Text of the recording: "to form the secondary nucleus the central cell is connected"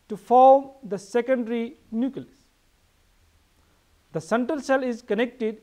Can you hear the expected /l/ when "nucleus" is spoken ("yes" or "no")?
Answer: no